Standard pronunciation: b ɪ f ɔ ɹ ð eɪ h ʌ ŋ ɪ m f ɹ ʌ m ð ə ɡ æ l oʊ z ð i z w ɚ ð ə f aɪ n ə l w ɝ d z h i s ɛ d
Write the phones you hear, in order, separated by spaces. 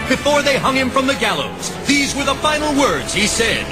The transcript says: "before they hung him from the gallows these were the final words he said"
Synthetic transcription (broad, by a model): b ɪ f ɔ ɹ ð eɪ h ʌ ŋ ɪ m f ɹ ʌ m ð ə ɡ æ l oʊ z ð i z w ɚ ð ə f aɪ n l w ɝ d z h i s ɛ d